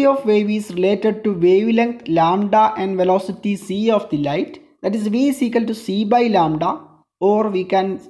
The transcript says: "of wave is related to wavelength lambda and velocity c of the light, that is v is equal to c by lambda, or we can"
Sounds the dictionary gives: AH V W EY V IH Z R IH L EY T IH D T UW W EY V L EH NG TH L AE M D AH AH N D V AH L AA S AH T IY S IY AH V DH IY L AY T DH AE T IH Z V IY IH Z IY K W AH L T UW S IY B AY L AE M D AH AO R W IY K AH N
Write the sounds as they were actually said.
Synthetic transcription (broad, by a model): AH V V EY V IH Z R IH L EY T IH D T UW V EY V L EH NG T L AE M D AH AH N D V AH L AA S AH T IY S IY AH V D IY L AY T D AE T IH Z V IY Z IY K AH L T UW S IY B AY L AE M D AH AO R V IY K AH N